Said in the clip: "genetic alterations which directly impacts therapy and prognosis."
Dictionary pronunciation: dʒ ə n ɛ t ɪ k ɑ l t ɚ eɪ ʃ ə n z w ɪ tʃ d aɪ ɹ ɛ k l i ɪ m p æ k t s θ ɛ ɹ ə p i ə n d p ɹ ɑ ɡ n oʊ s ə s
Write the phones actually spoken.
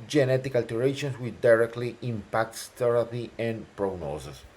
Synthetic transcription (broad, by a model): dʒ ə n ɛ t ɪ k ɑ l t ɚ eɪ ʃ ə n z w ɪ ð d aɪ ɹ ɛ k l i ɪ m p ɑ k t s t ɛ ɹ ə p i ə n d p ɹ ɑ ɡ n oʊ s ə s